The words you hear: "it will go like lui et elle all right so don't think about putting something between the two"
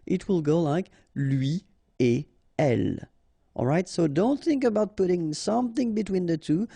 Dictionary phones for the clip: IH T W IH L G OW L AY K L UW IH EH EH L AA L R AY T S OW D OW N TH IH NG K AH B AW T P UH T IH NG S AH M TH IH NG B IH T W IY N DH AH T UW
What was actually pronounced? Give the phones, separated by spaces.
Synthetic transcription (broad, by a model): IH T W IH L G OW L AY K L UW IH EH EH L AA L R AY T S OW D OW N TH IH NG K AH B AW T P UH T IH NG S AH M TH IH NG B IH T W IY N DH AH T UW